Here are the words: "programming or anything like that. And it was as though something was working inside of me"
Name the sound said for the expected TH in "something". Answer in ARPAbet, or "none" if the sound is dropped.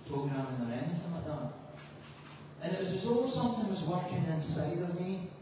TH